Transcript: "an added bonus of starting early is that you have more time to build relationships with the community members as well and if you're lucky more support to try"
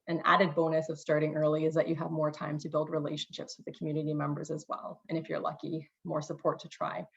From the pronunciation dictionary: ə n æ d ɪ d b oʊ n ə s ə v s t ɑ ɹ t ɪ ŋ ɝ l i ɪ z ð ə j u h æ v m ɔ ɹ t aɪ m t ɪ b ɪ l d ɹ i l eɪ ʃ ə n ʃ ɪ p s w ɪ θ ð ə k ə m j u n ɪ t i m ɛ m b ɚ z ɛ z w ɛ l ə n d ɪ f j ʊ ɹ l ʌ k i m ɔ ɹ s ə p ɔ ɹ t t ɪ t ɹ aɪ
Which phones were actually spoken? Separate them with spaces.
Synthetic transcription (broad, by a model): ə n æ d ɪ d b oʊ n ə s ə v s t ɑ ɹ t ɪ ŋ ɝ l i ɪ z ð ə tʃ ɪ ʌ v m ɔ ɹ t aɪ m t ɪ b ɪ l d ɹ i l eɪ ʃ n ʃ ɪ p s w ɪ ð ə k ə m j u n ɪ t i m ɛ m b ɚ z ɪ z w ɛ l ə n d ɪ f j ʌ ɹ l ʌ k i m ɔ ɹ s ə p ɔ ɹ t t ɪ t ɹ aɪ